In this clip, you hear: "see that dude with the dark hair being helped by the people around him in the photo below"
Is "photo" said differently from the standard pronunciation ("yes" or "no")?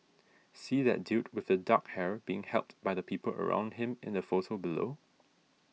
yes